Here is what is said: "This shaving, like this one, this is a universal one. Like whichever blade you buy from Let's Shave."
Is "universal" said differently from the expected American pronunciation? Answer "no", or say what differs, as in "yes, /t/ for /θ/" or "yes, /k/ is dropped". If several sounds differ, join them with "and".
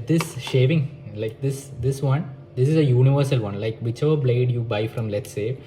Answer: no